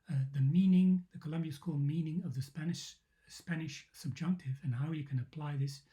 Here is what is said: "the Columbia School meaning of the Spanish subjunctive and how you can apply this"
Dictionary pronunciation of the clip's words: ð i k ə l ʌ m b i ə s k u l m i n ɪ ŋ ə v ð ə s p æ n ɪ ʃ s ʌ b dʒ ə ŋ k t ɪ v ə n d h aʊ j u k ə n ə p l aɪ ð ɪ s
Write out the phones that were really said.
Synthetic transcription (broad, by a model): ð i k ə l ʌ m b i ə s k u l m i n ɪ ŋ ə v ð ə s p æ n ɪ ʃ s ʌ b dʒ ə ŋ k t ɪ v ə n h aʊ j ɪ k ə n ə p l aɪ ð ɪ s